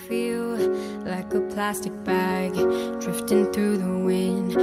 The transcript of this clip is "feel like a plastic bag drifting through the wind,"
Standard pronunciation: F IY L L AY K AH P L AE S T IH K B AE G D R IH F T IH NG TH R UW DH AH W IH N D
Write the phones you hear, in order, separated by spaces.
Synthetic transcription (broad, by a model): F IY L L AY K AH P L AE S T IH K B AE G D R IH F T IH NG TH R UW DH AH W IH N